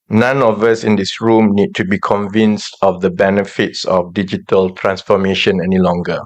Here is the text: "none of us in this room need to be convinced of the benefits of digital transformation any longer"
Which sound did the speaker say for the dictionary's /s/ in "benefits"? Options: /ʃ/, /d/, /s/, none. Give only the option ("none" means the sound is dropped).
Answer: /s/